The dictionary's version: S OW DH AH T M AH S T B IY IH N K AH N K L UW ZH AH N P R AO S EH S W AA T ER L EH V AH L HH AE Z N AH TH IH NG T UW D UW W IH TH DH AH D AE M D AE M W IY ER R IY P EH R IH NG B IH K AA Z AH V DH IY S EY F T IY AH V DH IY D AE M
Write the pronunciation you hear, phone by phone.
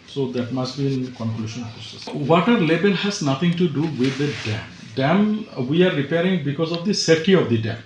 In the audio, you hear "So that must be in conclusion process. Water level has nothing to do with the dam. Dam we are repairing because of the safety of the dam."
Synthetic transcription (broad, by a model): S OW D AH T M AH S T B IY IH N K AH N K L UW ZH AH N P R AO S EH S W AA T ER L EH B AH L HH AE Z N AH T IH NG T UW D UW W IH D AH D AE M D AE M W IY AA R IY P EH R IH NG B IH K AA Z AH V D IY S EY T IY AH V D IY D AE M